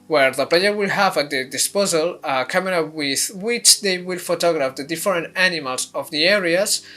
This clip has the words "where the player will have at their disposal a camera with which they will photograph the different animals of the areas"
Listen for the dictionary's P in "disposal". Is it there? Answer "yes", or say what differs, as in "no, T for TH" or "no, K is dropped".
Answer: yes